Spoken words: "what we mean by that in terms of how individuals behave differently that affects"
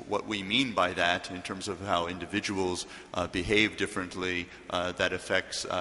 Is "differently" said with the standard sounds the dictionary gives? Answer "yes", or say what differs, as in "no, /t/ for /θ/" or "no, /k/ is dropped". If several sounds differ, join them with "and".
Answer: yes